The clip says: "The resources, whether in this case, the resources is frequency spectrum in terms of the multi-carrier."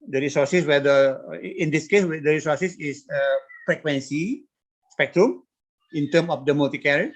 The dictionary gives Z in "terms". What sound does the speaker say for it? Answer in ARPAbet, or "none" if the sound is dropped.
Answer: none